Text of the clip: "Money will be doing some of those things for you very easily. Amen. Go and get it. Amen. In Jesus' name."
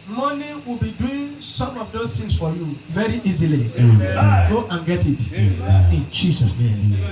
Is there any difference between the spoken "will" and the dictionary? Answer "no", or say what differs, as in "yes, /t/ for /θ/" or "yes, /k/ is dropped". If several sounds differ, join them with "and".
no